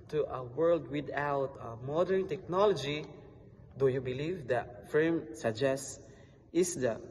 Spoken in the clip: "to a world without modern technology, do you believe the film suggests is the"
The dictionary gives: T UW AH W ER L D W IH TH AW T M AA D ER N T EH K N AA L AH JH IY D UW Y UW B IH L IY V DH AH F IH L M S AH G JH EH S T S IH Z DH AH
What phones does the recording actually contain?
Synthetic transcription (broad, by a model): T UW AH W ER L D W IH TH AW T M AA D ER N T EH K N AA L AH JH IY D UW Y UW B IH L IY V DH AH F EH M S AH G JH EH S S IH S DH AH